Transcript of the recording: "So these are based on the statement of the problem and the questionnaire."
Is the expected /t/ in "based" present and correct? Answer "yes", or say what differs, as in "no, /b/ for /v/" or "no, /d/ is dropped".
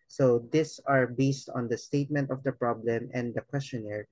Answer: yes